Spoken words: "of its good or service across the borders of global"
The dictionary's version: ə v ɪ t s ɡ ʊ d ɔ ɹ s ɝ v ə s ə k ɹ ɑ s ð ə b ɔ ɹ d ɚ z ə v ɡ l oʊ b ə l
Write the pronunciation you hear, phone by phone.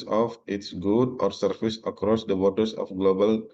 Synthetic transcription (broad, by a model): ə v ɪ t s ɡ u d ɔ ɹ s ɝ f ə s ə k ɹ ɑ s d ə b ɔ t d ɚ s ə f ɡ l oʊ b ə l